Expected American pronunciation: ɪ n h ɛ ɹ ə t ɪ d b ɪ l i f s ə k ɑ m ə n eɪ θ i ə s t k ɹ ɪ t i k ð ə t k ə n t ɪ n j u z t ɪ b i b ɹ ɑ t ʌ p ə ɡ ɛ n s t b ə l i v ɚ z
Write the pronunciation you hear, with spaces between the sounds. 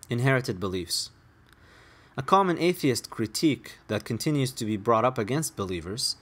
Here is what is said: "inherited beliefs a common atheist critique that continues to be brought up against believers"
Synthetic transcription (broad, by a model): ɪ n h ɛ ɹ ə t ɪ d b ɪ l i f s ə k ɑ m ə n eɪ θ i ə s t k ɹ ɪ t i k ð ə t k ə n t ɪ n j u z t ɪ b i b ɹ ɑ t ʌ p ə ɡ ɛ n s t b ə l i v ɚ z